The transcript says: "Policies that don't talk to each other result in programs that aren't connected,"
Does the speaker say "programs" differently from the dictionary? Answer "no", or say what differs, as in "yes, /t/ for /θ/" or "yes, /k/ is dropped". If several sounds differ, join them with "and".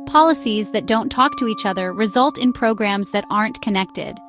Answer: no